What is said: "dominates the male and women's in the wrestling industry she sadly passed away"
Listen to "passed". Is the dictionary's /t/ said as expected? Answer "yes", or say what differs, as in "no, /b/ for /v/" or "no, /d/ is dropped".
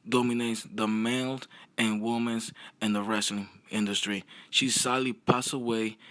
no, /t/ is dropped